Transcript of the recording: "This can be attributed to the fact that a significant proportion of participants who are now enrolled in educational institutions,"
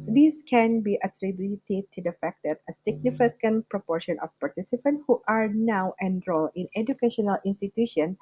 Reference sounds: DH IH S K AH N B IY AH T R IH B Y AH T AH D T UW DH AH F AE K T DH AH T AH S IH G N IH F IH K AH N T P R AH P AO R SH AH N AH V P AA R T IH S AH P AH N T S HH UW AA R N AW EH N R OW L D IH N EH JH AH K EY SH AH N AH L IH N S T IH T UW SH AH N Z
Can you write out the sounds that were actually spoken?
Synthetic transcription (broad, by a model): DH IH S K AH N B IY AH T R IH B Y T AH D T UW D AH F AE K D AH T AH S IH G N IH F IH K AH N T P R AH P AO R SH AH N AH F P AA R T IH S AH P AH N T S HH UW AA R N AW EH N R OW L IH N EH JH AH K EY SH AH N AH L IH N S T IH T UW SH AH N